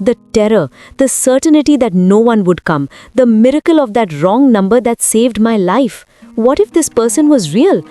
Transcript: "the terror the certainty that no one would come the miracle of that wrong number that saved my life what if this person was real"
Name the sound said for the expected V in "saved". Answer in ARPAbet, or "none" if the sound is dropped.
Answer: V